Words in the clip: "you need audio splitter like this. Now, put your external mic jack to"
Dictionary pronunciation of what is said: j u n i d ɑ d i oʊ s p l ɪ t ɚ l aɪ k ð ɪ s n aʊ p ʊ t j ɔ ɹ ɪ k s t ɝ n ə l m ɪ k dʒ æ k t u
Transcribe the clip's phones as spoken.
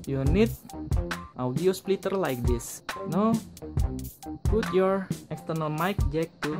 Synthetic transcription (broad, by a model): j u n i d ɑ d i oʊ s p l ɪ t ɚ l aɪ k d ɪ s n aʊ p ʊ t j ɔ ɹ ɪ k s t ɝ n ə l m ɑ k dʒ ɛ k t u